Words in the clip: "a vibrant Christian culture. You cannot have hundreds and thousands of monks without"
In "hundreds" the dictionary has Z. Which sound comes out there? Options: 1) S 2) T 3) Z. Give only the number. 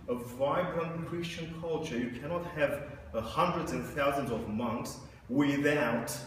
3